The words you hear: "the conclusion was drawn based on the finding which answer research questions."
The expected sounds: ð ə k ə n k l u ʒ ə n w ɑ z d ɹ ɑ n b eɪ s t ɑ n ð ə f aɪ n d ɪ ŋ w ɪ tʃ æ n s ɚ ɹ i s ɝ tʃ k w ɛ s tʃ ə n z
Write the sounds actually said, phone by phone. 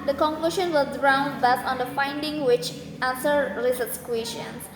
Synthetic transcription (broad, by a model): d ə k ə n k l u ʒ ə n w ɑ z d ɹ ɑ n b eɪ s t ɑ n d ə f aɪ n d ɪ ŋ w ɪ tʃ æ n s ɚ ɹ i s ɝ s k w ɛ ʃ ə n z